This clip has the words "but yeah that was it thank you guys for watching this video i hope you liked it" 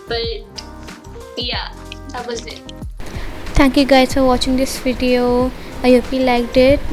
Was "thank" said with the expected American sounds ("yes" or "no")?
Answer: no